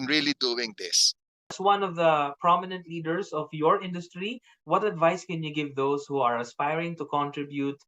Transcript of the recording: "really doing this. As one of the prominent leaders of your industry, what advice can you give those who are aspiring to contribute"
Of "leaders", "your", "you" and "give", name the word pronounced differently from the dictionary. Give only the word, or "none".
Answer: leaders